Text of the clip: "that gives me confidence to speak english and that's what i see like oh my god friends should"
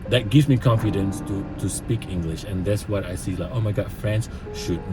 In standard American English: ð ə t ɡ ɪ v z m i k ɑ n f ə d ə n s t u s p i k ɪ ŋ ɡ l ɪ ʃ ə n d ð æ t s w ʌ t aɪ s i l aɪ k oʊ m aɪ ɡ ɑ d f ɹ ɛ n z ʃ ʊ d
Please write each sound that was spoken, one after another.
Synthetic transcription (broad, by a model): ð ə t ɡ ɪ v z m i k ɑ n f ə d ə n s t u s p i k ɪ ŋ ɡ l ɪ ʃ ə n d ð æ t s w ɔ t aɪ s i l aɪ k oʊ m aɪ ɡ ɑ d f ɹ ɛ n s ʃ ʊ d